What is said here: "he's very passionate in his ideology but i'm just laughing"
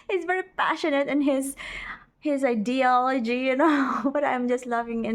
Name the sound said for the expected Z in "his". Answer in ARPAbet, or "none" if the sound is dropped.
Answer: Z